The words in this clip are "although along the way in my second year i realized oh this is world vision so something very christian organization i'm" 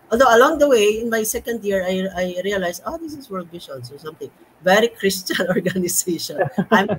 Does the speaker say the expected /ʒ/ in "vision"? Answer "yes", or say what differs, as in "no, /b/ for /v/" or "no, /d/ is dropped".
no, /ʃ/ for /ʒ/